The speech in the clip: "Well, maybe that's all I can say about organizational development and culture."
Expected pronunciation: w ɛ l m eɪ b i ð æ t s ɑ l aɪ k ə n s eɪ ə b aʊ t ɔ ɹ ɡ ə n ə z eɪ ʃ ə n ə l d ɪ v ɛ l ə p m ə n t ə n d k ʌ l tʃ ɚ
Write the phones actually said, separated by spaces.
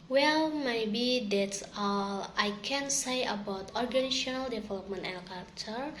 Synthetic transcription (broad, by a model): w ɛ l m eɪ b i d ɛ t s ɑ l aɪ k ə n s eɪ ə b aʊ t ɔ ɹ ɡ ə n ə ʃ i ə n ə l d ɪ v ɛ l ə p m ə n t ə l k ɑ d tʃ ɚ